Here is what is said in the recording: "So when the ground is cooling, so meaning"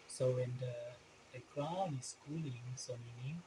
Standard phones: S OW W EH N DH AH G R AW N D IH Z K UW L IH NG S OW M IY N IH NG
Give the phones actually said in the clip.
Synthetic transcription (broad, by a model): S OW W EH N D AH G R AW N IH S K UW L IH NG S OW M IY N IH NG